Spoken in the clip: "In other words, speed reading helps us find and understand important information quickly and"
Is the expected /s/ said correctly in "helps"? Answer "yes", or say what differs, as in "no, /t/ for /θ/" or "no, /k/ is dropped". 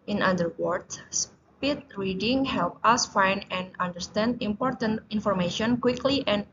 no, /s/ is dropped